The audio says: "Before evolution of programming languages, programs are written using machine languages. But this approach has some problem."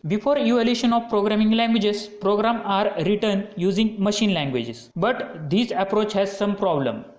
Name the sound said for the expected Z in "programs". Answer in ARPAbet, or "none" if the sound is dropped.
none